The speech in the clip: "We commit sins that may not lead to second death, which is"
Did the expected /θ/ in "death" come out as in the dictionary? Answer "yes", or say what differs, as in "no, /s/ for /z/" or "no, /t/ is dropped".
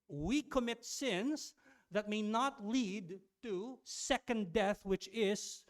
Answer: yes